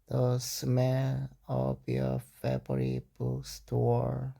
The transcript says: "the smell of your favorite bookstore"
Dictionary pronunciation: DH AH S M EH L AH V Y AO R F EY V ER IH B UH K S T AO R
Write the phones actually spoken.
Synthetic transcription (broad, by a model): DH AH S M EH L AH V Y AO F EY B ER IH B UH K S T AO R